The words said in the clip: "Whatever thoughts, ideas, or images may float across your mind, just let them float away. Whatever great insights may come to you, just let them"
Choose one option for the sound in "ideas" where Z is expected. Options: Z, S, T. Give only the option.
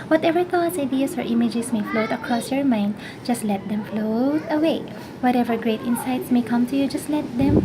S